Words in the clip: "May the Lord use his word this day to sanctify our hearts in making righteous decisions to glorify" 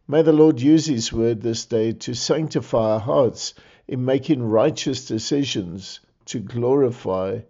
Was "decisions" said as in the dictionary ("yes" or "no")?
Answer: yes